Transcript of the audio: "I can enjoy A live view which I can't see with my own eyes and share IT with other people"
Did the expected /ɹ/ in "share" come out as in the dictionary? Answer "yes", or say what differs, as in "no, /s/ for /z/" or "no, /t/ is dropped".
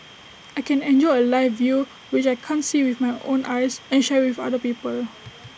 no, /w/ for /ɹ/